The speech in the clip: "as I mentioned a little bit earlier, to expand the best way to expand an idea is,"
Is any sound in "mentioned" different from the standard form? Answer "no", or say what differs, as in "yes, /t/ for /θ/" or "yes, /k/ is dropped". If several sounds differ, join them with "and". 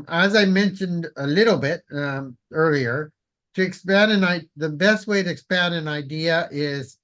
no